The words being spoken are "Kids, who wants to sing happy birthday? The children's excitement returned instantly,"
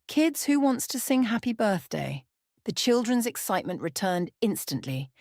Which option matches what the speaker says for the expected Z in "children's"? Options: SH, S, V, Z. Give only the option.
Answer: Z